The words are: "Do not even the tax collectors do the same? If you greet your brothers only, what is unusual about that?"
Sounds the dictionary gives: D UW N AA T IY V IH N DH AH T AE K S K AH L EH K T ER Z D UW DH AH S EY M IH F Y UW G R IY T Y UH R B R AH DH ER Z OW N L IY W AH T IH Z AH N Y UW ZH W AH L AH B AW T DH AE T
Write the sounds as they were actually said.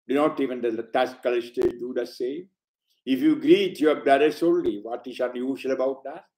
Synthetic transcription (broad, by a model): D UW N AA T IY V IH N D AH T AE S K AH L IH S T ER D UW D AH S EY M IH F Y UW G R IY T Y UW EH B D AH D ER S OW N L IY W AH T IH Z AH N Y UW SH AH L AH B AW T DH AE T